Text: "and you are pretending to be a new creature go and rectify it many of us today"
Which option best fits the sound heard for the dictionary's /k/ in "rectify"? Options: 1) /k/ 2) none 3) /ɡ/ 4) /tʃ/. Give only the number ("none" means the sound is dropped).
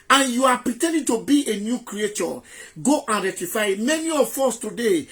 2